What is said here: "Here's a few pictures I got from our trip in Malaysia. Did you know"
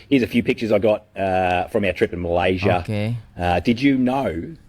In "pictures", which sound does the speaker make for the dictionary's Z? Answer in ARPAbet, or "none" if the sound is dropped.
Z